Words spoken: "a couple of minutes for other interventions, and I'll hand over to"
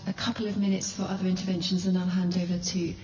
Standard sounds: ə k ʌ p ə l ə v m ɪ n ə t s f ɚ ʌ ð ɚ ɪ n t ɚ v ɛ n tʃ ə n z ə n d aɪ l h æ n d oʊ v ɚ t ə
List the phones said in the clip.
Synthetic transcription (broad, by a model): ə k ʌ p ə l ə v m ɪ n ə t s f ɚ ʌ ð ɚ ɪ n t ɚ v ɛ n ʃ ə n z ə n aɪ h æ n d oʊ v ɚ t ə